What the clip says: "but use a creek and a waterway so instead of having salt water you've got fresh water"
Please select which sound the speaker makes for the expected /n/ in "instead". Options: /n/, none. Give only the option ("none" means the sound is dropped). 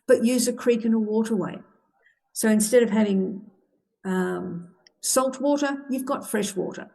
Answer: /n/